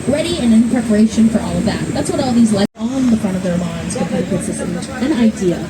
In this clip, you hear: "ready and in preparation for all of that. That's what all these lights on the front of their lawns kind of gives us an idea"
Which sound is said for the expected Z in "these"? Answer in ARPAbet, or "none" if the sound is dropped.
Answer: Z